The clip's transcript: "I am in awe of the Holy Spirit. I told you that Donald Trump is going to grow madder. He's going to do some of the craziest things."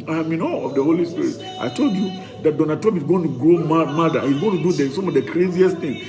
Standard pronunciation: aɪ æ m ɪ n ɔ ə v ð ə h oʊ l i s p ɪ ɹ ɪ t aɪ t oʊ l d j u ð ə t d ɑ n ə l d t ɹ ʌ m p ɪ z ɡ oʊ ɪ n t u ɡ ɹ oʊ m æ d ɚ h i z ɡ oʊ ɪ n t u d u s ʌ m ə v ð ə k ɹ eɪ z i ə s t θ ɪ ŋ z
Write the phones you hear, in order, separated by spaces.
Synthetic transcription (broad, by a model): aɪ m ɪ n ɔ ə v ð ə h oʊ l i s p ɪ ɹ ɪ t aɪ t oʊ l d j u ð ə t d ɑ n ə l d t ʌ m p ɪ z ɡ oʊ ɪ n t u ɡ ɹ oʊ m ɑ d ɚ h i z ɡ oʊ ɪ n t u d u s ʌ m ə v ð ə k ɹ eɪ z i ə s t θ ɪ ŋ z